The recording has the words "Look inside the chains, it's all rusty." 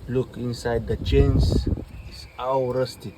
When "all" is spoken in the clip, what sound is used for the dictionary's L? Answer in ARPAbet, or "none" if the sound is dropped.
W